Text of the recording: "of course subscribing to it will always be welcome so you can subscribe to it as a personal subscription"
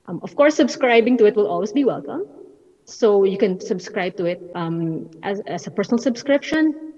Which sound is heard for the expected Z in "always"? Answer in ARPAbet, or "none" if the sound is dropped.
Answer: S